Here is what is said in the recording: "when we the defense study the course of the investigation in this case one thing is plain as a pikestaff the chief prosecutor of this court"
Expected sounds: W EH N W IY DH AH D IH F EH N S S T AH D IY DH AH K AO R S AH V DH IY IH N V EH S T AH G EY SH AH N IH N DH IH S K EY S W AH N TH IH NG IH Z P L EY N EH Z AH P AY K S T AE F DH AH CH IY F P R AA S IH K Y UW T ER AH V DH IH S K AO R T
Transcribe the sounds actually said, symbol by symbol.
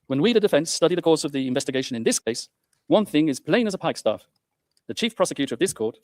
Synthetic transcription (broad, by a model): W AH N W IY DH AH D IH F EH N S S T AH D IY DH AH K AO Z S AH V DH IY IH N V EH S T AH G EY SH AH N IH N DH IH S K EY S W AH N TH IH NG IH Z P L EY N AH Z AH P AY K S T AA F DH AH CH IY F P R AA S IH K Y UW T ER AH V DH IH S K AO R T